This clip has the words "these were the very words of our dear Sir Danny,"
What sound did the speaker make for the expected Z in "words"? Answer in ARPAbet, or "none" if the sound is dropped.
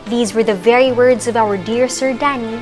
Z